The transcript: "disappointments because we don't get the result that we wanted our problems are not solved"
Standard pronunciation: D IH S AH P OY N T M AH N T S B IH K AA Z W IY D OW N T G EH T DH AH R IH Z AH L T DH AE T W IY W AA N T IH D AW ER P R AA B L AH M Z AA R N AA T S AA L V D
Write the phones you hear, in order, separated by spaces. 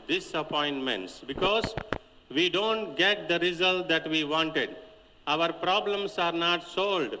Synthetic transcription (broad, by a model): D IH S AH P OY N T M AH N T S B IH K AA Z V IY D OW N T G EH T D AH R IH Z AH L T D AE T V IY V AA N T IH D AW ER P R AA B L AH M S AA R N AA T S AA L D